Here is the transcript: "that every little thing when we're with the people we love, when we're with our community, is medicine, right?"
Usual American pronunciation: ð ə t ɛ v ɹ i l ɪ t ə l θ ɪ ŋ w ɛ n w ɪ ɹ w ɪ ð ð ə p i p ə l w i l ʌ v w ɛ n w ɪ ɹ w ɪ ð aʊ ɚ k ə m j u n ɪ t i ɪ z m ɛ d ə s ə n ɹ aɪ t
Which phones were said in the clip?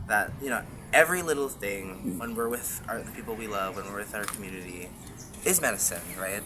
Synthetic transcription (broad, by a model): ð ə t ɛ v ɹ i l ɪ t l θ ɪ ŋ w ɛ n w ɪ ɹ w ɪ ð ð ə p i p l w i l ʌ v w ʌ n w ɪ ɹ w ɪ ð aʊ ɚ k m j u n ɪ t i ɪ z m ɛ d ə s ə n ɹ aɪ t